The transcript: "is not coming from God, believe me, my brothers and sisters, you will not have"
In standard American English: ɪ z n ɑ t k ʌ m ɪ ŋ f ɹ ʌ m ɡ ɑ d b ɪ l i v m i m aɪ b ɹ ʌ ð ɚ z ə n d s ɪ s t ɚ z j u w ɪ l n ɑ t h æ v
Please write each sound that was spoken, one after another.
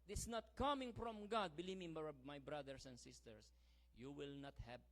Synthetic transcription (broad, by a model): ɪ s n ɑ t k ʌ m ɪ ŋ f ɹ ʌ m ɡ ɑ d b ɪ l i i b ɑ m aɪ b ɹ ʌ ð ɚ s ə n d s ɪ s t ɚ s j u w ɪ l n ɑ t h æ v